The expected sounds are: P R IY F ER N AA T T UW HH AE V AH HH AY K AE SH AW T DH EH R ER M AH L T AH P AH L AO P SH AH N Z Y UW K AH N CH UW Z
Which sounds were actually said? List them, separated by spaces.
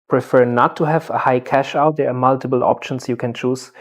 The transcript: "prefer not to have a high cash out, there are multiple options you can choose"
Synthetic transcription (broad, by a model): P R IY F ER N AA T T UW HH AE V AH HH AY K AE SH AW T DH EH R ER M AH L T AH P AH L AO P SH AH N S Y UW K AH N CH UW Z